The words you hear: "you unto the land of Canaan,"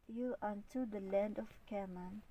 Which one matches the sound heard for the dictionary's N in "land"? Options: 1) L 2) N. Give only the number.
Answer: 2